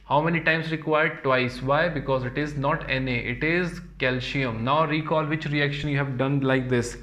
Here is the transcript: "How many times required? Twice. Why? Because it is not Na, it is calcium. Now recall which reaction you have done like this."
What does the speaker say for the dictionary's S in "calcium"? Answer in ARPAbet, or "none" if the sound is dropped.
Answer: SH